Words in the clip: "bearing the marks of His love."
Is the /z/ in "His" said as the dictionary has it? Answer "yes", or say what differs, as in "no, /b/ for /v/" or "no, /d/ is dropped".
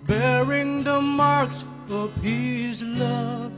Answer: yes